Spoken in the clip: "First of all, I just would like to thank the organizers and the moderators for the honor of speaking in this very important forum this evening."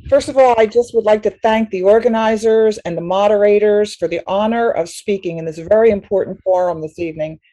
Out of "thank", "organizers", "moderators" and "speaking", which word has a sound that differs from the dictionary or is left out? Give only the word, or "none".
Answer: none